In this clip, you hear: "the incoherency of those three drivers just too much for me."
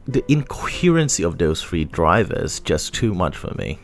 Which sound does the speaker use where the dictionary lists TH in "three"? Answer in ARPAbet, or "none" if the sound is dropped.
F